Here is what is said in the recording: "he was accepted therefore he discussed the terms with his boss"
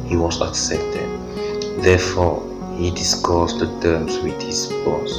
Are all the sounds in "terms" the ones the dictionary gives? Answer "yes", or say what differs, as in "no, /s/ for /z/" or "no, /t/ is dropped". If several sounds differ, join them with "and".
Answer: no, /s/ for /z/